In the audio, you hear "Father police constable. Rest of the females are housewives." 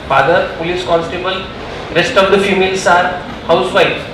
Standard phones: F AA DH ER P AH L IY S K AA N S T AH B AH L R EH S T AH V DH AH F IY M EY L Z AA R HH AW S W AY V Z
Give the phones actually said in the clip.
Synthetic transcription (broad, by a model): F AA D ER P AH L IY S K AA N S T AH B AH L R EH S T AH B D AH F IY M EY L S AA R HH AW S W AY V